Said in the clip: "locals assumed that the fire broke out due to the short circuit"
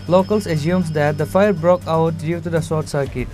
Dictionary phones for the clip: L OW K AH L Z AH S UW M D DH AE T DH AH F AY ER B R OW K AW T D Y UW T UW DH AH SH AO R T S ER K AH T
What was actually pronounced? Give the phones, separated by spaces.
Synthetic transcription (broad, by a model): L OW K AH L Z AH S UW M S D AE T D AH F AY ER B R OW K AW T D Y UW T UW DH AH S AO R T S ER K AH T